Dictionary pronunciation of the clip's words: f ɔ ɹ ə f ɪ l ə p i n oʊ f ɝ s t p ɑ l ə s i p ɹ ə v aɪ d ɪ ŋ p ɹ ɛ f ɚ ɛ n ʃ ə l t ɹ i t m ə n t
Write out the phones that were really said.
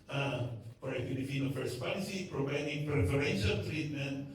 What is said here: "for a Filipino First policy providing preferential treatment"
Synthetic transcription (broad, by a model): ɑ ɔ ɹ ə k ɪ n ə f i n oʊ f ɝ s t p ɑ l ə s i p ɹ ə v aɪ d ɪ ŋ p ɹ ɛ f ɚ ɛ n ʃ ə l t ɹ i t m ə n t